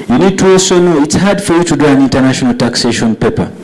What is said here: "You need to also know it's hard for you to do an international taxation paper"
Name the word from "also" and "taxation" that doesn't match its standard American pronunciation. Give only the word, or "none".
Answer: also